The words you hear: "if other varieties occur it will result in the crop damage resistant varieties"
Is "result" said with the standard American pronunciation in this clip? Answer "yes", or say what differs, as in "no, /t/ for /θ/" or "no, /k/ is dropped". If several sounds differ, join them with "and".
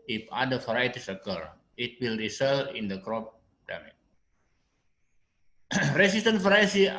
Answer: no, /t/ is dropped